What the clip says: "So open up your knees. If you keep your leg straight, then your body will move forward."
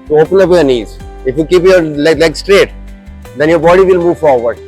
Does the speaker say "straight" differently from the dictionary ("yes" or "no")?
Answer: no